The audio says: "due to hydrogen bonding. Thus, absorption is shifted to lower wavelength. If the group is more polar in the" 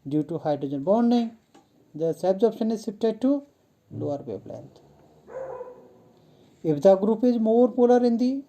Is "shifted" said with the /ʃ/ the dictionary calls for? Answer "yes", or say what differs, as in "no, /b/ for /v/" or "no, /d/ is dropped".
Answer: no, /s/ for /ʃ/